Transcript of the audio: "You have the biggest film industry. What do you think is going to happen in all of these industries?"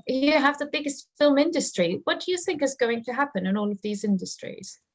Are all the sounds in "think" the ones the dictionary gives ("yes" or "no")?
yes